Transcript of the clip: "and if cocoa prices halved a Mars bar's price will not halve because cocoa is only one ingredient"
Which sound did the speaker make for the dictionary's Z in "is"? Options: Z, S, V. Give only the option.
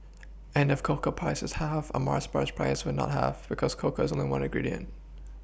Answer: Z